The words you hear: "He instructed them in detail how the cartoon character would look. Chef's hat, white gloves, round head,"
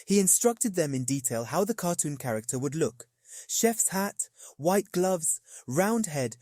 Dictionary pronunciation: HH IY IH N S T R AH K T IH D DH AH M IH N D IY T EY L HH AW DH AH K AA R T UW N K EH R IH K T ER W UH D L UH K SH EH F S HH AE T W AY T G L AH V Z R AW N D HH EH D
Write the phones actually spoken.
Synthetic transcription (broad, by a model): HH IY IH N S T R AH K T IH D DH AH M IH N D IY T EY L HH AW DH AH K AA R T UW N K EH R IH K T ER W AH D L UH K SH EH F S HH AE T W AY T G L AH V Z R AW N D HH EH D